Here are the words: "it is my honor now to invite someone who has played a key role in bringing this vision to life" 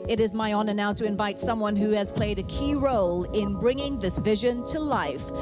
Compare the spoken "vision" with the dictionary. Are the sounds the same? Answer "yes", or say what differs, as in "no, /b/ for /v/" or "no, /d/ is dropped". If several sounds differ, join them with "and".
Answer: yes